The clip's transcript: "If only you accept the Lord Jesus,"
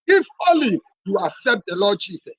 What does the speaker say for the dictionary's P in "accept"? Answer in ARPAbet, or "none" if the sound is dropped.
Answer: P